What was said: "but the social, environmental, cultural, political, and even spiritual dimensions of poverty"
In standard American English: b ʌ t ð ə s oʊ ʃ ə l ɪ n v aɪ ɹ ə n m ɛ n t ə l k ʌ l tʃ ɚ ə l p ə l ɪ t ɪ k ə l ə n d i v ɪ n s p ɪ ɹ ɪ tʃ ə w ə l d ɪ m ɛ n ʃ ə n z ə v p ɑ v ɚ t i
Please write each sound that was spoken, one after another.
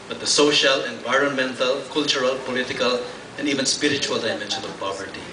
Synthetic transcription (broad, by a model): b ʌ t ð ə s oʊ ʃ ə l ɪ n v aɪ ɹ ə n m ɛ n t ə l k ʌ l tʃ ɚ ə l p ə l ɪ t ɪ k ə l ə n d i v ɪ n s p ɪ ɹ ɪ tʃ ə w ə l d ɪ m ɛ n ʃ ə n ə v p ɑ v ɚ t i